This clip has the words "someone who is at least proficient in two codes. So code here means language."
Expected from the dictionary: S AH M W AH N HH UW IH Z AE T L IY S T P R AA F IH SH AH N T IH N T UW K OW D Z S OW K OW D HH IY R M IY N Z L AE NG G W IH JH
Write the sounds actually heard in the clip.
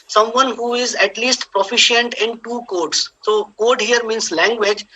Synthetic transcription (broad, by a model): S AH M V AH N HH UW IH Z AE T L IY S T P R AA F IH SH AH N T IH N T UW K OW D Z S OW K OW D HH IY R M IY N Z L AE NG G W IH JH